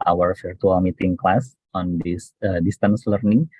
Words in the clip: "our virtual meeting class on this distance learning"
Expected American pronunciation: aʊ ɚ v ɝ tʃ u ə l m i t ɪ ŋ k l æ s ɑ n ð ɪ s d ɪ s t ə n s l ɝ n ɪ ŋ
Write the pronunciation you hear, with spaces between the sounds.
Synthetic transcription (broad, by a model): aʊ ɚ f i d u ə l m i t ɪ ŋ k l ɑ s ɑ n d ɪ s d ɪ s t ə n s l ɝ n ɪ ŋ